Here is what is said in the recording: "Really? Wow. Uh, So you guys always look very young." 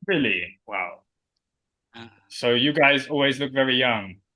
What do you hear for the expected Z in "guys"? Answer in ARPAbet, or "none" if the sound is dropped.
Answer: Z